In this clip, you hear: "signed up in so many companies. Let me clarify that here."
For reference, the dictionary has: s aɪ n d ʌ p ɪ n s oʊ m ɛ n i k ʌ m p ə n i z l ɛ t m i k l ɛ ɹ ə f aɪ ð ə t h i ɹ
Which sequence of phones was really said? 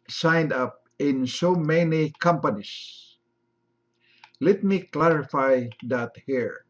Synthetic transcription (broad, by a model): s aɪ n d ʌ p ɪ n s oʊ m ɛ n i k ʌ m p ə n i s l ɛ t m i k l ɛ ɹ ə f aɪ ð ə t h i ɹ